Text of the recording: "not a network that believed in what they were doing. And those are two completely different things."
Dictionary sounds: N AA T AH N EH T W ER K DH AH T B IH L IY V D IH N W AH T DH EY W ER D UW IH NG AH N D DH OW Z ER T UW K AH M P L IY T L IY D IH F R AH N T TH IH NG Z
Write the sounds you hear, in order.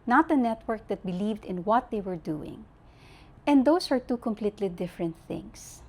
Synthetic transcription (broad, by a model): N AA T AH N EH T W ER K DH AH T B IH L IY V D IH N W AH T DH EY W ER D UW IH NG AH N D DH OW S ER T UW K AH M P L IY T L IY D IH F R AH N T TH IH NG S